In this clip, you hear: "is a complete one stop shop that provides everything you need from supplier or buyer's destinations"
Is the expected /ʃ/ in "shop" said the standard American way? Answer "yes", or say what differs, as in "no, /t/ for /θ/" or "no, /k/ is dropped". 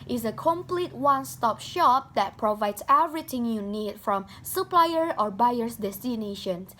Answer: yes